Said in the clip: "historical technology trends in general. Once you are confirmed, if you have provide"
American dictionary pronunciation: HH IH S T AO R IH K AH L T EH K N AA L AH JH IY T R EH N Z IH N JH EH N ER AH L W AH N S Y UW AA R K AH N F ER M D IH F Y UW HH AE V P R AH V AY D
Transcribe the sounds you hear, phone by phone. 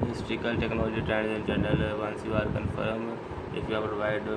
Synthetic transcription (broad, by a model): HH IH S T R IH K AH L T EH K N AA L AH JH IY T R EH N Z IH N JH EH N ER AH L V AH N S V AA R K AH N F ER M IH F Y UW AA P R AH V AY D